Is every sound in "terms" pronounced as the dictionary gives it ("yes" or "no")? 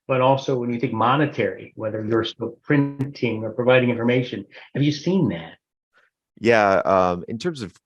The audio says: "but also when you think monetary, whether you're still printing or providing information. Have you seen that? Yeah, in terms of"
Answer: yes